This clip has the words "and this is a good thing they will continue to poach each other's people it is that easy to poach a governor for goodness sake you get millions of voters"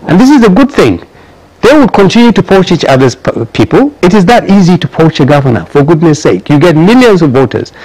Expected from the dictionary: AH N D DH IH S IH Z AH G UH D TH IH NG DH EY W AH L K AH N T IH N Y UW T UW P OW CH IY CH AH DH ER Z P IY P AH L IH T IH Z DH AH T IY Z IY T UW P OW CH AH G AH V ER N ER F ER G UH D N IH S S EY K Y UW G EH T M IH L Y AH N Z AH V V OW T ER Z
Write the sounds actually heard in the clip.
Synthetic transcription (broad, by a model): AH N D DH IH S IH Z AH G UH D TH IH NG DH EY W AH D K AH N T IH N Y UW T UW P OW CH IY CH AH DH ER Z P IY P AH L IH T IH Z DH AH T IY Z IY T UW P OW CH AH G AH V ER N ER F ER G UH D N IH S S EY K Y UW G EH T M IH L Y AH N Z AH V V OW T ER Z